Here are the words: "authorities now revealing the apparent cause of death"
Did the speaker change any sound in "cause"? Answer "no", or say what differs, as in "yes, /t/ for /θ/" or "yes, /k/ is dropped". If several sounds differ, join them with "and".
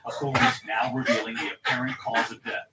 no